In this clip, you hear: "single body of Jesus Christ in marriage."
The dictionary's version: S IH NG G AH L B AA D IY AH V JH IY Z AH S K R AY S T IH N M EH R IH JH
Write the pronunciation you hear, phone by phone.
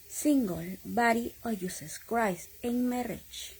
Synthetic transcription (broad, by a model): S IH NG G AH L B AA D IY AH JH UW S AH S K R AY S IH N M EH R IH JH